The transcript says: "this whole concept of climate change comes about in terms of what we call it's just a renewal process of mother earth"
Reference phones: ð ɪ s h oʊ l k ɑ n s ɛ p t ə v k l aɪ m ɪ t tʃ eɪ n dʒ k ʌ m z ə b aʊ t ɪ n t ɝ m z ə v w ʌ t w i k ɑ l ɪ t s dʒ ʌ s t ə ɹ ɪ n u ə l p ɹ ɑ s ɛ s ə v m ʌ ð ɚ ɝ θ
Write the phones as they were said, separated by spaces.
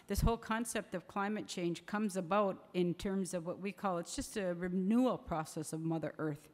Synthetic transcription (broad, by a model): ð ɪ s h oʊ l k ɑ n s ɛ p t ə v k l aɪ m ɪ t tʃ eɪ n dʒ k ʌ m z ə b aʊ t ɪ n t ɝ m z ə v w ʌ t w i k ɑ l ɪ t s dʒ ʌ s t ə ɹ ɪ n u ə l p ɹ ɑ s ɛ s ə v m ʌ ð ɚ ɝ θ